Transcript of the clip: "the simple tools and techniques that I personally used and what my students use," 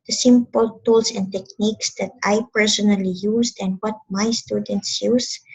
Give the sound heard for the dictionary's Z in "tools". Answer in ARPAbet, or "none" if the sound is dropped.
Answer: S